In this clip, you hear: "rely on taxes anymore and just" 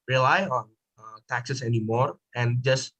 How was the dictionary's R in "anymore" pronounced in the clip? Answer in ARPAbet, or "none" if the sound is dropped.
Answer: R